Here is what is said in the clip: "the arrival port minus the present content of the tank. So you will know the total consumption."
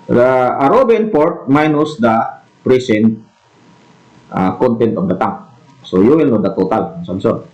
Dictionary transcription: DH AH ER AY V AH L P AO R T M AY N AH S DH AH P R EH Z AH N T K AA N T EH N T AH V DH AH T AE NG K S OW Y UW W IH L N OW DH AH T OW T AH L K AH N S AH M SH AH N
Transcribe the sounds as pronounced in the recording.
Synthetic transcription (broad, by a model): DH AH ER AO B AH N P AO R T M AY N AH S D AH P R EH S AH N T K AA N T EH N T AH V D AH T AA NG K S OW Y UW W IH L N OW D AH T OW T AH L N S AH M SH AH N